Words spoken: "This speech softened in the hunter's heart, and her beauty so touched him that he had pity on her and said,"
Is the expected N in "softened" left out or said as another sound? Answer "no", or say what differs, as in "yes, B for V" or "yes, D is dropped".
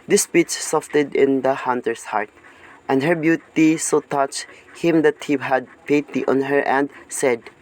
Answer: yes, N is dropped